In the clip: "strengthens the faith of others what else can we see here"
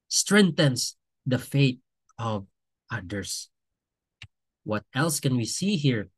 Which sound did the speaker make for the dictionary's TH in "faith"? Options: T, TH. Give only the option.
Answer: T